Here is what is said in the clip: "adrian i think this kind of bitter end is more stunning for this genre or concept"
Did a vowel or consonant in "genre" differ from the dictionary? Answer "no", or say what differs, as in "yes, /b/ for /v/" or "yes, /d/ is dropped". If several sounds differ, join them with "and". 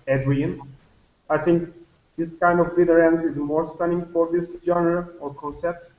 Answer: yes, /ɹ/ is dropped